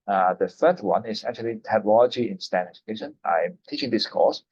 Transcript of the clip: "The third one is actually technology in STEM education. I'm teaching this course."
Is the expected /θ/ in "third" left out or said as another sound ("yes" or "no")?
yes